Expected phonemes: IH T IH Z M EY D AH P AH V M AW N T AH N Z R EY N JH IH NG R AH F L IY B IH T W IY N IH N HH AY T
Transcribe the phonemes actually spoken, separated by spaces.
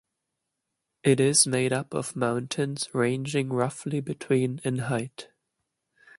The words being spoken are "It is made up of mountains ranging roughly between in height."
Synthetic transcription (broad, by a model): IH T IH Z M EY D AH P AH V M AW N T AH N Z R EY N JH IH NG R AH F L IY B IH T W IY N IH N HH AY T